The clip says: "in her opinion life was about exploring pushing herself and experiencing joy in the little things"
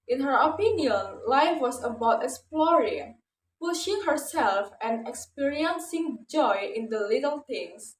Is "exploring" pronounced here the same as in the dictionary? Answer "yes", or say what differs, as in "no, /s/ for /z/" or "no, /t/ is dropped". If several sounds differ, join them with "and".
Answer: no, /k/ is dropped